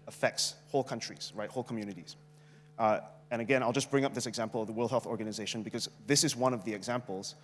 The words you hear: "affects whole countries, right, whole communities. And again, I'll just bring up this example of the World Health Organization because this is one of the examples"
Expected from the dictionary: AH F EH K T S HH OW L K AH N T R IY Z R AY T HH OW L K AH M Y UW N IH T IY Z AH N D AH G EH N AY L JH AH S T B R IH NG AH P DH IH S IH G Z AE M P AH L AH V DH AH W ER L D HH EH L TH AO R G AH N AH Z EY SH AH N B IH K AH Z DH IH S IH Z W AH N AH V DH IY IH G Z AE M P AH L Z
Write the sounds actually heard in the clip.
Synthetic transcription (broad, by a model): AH F EH K T S HH OW L K AH N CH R IY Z R AY T HH OW L K AH M Y UW N IH T IY Z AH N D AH G EH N AY L JH AH S B R IH NG AH P DH IH S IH G Z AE M P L AH V DH AH W ER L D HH EH L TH AO R G AH N AH Z EY SH AH N B IH K AH Z DH IH S IH Z W AH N AH V DH IY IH G Z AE M P L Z